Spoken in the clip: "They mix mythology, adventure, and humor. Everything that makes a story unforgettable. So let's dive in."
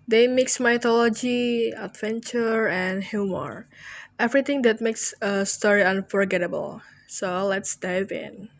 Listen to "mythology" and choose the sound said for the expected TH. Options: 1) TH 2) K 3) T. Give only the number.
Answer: 3